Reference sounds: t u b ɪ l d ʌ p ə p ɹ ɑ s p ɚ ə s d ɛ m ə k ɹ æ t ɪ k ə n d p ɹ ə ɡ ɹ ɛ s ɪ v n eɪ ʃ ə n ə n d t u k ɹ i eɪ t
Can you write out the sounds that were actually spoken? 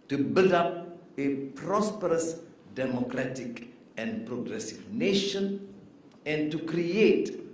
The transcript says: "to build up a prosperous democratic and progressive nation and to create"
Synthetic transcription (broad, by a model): t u b ɪ l d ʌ p ə p ɹ ɑ s p ɚ ə s d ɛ m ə k ɹ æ t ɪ k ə n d p ɹ ə ɡ ɹ ɛ s ɪ v n eɪ ʃ ə n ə n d t u k ɹ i eɪ t